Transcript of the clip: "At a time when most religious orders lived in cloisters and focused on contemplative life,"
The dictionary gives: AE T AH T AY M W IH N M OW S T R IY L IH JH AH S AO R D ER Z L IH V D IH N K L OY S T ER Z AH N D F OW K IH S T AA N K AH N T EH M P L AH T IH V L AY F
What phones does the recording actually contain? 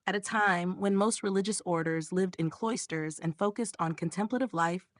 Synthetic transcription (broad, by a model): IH T AH T AY M W IH N M OW S T R IY L IH JH AH S AO R D ER Z L IH V D IH N K L OY S T ER Z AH N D F OW K IH S T N K AH N T EH M P L AH T IH V L AY F